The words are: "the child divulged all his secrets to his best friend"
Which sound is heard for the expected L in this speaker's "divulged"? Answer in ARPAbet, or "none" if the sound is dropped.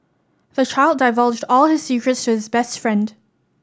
L